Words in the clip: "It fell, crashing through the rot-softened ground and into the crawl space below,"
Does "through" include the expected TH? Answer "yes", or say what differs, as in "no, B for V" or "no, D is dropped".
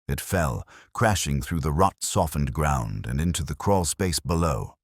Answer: yes